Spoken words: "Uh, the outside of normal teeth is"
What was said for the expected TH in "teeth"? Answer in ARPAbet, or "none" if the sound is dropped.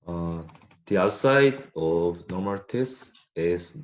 S